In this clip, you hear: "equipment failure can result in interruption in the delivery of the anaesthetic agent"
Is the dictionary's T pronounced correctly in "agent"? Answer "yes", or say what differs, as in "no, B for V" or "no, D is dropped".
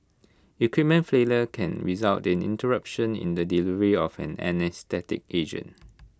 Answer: no, T is dropped